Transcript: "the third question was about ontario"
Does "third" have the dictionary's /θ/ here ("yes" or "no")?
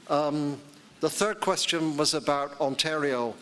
yes